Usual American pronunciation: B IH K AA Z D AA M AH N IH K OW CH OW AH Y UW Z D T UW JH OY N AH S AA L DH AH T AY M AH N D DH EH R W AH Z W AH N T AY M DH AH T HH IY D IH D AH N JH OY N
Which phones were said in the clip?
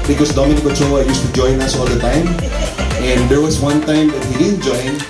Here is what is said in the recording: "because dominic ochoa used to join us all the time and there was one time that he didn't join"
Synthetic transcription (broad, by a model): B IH K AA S D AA M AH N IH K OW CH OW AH Y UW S T UW JH OY N AH S AA L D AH T AY M AH N D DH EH R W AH S W AH N T AY M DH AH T HH IY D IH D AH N JH OY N